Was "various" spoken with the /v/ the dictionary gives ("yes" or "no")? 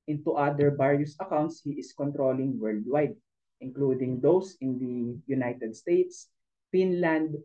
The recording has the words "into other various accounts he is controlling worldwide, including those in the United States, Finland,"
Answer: no